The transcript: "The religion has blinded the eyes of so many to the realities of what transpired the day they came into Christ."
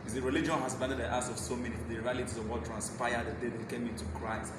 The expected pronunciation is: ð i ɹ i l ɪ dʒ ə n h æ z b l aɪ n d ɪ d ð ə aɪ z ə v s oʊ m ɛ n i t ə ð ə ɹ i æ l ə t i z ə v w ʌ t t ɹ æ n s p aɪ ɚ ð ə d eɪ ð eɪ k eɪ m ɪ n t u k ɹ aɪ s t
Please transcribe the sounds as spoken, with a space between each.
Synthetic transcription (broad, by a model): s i ɹ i l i dʒ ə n h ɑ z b aɪ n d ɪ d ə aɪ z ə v s oʊ m ɛ n i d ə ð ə ɹ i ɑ l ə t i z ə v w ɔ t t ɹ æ n s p aɪ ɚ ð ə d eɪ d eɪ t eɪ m ɪ n t u k ɹ aɪ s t